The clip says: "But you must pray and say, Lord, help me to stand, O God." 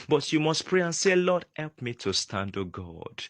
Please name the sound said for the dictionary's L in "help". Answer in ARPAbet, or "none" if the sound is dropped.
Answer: L